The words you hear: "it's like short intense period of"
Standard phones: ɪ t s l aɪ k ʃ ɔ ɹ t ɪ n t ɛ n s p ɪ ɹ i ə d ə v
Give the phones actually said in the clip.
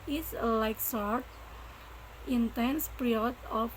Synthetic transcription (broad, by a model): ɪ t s l aɪ k s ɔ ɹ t ɪ n t ɛ n s p ɹ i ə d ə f